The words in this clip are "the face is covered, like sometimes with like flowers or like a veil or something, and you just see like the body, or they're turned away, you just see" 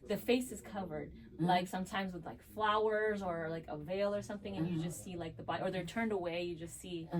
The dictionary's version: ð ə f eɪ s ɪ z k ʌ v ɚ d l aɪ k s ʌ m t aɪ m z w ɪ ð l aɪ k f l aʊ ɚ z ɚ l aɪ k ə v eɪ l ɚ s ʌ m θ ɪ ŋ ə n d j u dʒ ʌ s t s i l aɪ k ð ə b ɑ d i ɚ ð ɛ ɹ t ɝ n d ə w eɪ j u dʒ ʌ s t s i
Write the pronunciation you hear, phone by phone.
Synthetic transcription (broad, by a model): ð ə f eɪ s ɪ z k ʌ v ɚ d l aɪ k s ʌ m t aɪ m z w ɪ ð l aɪ k f l aʊ ɚ z ɚ l aɪ k ə v eɪ l ɚ s ʌ m θ ɪ ŋ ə n j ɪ dʒ ʌ s t s i l aɪ k ð ə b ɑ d ɚ ð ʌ ɹ t ɝ n d ə w eɪ j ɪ dʒ ʌ s t s i